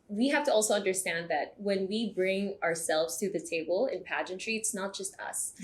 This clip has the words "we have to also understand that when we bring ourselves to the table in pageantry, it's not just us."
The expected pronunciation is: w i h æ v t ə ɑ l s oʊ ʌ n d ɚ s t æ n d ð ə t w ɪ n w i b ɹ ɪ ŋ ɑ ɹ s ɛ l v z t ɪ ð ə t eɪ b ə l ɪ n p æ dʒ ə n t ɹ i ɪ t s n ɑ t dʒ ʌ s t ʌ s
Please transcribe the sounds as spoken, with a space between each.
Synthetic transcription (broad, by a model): w i h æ f t ə ɑ l s oʊ ʌ n d ɚ s t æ n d ð ə t w ɪ n w i b ɹ ɪ ŋ ɑ ɹ s ɛ l v z t ɪ ð ə t eɪ b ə l ɪ n p æ dʒ ə n t ɹ i ɪ t s n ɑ t dʒ ʌ s t ʌ s